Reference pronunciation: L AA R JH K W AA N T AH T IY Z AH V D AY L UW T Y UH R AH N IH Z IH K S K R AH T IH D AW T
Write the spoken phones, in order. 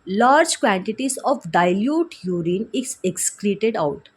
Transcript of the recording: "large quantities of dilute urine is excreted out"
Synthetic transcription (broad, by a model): L AA R JH K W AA N T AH T IY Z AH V D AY L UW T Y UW R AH N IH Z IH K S K L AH T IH D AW T